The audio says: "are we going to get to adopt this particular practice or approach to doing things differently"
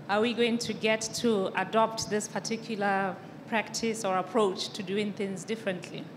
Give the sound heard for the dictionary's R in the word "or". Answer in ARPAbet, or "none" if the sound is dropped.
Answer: R